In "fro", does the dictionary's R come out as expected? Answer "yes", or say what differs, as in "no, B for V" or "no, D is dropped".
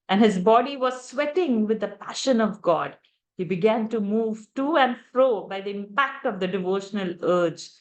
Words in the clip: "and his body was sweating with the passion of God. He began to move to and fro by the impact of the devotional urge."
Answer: yes